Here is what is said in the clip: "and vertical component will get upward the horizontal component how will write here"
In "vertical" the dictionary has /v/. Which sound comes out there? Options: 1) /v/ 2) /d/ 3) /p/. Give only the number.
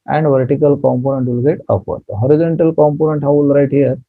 1